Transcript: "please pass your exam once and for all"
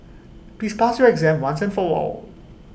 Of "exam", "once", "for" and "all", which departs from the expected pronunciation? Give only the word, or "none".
for